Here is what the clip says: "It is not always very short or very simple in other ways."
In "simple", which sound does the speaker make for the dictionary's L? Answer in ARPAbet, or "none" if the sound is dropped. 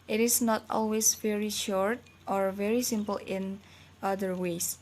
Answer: L